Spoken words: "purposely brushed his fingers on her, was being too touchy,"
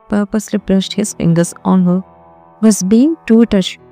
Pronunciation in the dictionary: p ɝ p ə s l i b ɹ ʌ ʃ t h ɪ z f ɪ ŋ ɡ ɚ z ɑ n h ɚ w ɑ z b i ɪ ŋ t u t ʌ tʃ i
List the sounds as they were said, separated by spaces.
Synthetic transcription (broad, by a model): p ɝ p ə s l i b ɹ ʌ s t h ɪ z f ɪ ŋ ɡ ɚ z ɑ n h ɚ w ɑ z b i ɪ ŋ t u t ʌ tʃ